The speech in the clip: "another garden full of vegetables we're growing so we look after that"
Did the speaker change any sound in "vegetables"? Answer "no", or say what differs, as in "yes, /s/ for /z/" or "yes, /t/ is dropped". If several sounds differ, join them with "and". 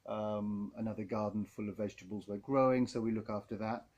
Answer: no